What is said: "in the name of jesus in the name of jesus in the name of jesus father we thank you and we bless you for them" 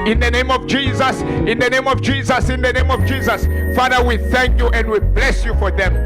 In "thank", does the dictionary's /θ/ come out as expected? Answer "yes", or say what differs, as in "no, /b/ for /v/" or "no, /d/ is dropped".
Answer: yes